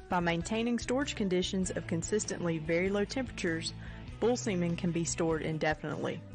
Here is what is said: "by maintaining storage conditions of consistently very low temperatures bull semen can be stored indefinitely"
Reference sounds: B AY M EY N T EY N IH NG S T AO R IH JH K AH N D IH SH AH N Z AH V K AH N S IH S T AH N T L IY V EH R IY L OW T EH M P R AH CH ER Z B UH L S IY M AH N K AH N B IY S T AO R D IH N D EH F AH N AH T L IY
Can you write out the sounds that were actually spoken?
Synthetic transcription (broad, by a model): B AY M EY N T EY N IH NG S T AO R IH JH K AH N D IH SH AH N Z AH V K AH N S IH S T AH N T L IY V EH R IY L OW T EH M P R AH CH ER Z B UH L S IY M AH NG K AH N B IY S T AO R D IH N D EH F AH N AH T L IY